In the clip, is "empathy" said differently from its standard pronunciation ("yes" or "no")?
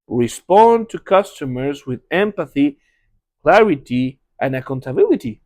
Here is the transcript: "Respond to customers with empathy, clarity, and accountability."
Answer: no